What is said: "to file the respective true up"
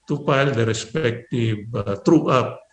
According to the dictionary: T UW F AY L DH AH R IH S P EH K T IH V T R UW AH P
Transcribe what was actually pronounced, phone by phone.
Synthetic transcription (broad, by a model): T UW P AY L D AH R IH S P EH K T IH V T R UW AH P